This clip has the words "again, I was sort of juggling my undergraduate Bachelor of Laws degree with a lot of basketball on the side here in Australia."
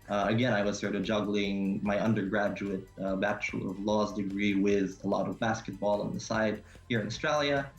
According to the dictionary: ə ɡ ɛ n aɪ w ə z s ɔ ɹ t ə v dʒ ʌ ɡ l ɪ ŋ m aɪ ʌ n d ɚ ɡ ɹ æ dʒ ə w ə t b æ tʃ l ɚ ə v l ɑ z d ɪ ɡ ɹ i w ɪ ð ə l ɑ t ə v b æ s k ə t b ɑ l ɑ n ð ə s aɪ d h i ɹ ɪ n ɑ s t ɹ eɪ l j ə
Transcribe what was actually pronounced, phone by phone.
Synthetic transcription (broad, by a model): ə ɡ ɛ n aɪ w ə z s ɔ ɹ t ə v dʒ ʌ ɡ l ɪ ŋ m aɪ ʌ n d ɚ ɡ ɹ æ dʒ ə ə t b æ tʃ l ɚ ə v l ɑ z d ɪ ɡ ɹ i w ɪ ð ə l ɑ t ə v b æ s k ə t b ɑ l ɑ n ð ə s aɪ d h i ɹ ɪ n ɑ s t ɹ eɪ l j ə